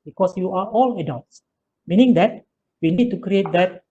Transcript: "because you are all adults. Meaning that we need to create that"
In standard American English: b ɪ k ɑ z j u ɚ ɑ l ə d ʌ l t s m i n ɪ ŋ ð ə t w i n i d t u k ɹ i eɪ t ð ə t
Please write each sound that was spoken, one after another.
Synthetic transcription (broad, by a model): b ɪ k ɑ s j u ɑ ɑ l ə d ʌ l t s m i n ɪ ŋ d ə t w i n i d t u k ɹ i eɪ t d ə t